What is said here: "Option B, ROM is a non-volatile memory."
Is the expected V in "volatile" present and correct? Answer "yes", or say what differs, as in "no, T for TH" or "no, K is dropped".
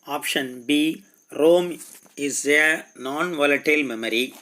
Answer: yes